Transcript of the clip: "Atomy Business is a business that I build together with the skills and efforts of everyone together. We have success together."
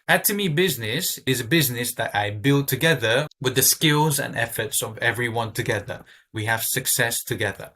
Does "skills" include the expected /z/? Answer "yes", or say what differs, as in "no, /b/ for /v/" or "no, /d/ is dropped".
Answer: yes